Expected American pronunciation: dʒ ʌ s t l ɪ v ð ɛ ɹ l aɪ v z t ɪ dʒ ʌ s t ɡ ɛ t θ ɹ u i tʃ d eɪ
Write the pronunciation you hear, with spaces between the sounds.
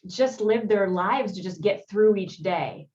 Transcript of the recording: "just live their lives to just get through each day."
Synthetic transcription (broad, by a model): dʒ ʌ s t l ɪ v ð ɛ ɹ l aɪ v z t ɪ dʒ ʌ s ɡ ɛ t θ ɹ u i tʃ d eɪ